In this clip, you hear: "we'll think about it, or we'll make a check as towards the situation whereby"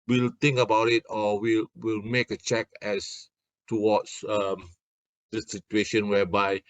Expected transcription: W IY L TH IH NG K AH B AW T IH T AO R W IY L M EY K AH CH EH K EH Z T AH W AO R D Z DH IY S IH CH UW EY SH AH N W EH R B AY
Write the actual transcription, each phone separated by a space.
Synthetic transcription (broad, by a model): W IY L T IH NG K AH B AW T IH T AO L W IY L M EY K AH CH EH K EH S T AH W AO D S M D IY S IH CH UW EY SH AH N W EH B AY